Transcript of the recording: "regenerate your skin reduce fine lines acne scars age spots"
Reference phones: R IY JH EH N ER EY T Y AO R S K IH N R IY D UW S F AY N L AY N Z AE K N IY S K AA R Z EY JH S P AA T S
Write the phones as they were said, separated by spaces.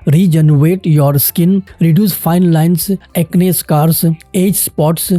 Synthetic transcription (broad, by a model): R IY JH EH N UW EY T Y AO R S K IH N R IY D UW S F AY N L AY N S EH K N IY S K AA R S EY JH S P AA T S